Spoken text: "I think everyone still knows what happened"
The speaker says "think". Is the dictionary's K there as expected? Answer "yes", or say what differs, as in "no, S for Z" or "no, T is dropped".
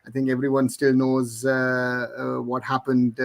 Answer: yes